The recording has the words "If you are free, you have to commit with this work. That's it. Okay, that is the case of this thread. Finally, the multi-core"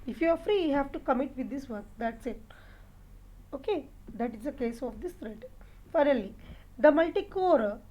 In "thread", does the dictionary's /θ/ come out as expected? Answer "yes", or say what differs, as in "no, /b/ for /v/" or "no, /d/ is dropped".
no, /t/ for /θ/